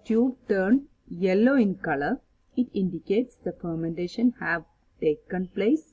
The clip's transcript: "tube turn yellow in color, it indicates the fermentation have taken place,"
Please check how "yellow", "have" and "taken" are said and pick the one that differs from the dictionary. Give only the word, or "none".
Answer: none